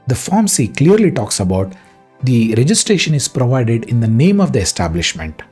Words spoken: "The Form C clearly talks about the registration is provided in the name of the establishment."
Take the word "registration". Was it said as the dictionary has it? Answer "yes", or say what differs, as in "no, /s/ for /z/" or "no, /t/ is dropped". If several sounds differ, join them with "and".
yes